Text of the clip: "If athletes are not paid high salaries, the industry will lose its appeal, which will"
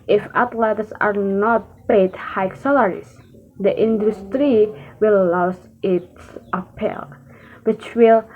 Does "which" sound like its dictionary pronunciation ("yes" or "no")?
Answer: yes